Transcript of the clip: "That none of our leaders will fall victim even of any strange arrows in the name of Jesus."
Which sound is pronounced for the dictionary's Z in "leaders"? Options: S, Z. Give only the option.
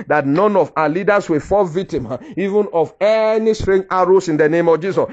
S